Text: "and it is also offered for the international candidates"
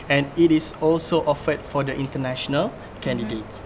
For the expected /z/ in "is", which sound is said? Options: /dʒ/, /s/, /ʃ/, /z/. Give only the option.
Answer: /s/